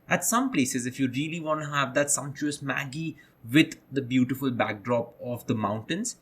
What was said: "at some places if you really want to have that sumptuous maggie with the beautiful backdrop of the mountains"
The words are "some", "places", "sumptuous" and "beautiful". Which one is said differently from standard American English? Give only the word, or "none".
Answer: sumptuous